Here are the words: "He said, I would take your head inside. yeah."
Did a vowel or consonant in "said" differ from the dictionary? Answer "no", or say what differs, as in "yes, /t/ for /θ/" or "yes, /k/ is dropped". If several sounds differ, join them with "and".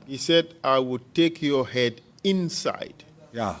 no